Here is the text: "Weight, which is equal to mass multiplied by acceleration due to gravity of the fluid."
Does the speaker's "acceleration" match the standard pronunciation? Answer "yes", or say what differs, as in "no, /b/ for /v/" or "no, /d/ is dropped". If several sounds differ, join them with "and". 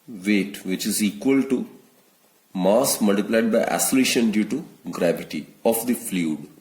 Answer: no, /k/ is dropped